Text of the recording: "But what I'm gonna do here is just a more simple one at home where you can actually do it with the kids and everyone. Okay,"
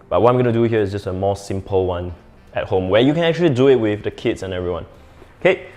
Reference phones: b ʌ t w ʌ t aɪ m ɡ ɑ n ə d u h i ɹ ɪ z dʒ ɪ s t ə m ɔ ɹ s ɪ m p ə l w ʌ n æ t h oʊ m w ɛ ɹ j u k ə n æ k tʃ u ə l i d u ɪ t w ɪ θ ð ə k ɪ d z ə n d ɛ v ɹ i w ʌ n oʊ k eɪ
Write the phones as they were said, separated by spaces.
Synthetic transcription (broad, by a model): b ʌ t w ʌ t aɪ m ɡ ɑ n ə d u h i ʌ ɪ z dʒ ɪ s t ə m ɔ s ɪ m p ə l w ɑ n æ t h oʊ m w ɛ j u k ə n æ k tʃ u ə l i d u ɪ t w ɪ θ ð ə k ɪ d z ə n ɛ v ɹ i w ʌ n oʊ k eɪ